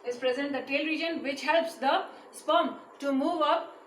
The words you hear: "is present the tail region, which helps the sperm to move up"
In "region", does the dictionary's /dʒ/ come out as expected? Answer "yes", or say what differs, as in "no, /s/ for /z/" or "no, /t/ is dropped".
yes